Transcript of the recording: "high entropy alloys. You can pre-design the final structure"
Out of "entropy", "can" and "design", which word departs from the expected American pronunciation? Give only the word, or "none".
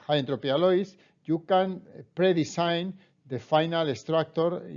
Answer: design